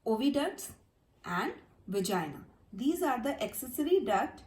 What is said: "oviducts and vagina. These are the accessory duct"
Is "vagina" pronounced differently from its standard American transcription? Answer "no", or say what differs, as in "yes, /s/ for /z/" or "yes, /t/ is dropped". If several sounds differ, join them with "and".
no